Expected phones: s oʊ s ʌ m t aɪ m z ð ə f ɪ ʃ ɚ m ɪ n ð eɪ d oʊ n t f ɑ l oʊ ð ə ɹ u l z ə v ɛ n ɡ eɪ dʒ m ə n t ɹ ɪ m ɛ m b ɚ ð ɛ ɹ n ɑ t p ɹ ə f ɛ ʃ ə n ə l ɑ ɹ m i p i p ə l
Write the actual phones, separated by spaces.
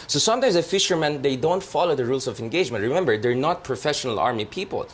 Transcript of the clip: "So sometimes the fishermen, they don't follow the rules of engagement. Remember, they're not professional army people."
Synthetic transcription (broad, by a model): s oʊ s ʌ m t aɪ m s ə f ɪ ʃ ɚ m ɪ n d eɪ d oʊ n t f ɑ l oʊ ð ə ɹ u l s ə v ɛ n ɡ eɪ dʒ m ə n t ɹ ɪ m ɛ m b ɚ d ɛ ɹ n ɑ t p ɹ ə f ɛ ʃ ə n ə l ɑ ɹ m i p i p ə l